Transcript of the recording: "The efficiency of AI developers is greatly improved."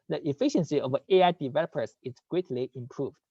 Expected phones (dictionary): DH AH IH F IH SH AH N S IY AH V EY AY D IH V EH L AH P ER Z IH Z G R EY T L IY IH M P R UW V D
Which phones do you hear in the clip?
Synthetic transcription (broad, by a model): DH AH IH F IH SH AH N S IY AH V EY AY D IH V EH L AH P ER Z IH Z G R EY T L IY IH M P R UW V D